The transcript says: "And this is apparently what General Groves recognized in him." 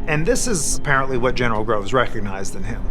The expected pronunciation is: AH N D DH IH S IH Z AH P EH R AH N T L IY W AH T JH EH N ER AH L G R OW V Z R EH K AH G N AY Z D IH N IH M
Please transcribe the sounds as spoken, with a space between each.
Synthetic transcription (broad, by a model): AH N DH IH S IH Z AH P EH R AH N T L IY W AH T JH EH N ER L G R OW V Z R EH K AH G N AY Z D IH N IH M